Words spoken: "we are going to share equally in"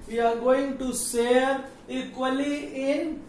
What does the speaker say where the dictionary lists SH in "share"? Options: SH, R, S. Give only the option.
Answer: S